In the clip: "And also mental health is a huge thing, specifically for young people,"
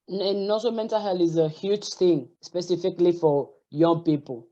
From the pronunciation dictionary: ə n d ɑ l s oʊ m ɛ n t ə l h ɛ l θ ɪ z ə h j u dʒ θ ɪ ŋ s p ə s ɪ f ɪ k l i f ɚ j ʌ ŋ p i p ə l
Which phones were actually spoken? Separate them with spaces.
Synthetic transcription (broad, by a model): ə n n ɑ s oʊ m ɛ n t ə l h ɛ l ɪ z ə h j u dʒ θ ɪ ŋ s p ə s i f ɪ k l i f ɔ j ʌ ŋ p i p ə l